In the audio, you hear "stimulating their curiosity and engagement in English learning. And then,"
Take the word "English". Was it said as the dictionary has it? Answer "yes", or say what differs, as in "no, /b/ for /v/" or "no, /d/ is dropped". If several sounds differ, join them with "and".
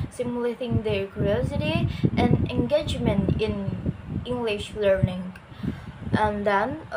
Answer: yes